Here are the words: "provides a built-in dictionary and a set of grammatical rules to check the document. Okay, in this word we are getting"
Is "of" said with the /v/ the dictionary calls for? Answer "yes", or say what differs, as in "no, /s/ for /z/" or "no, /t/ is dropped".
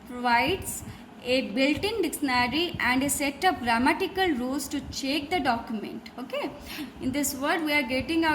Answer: no, /p/ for /v/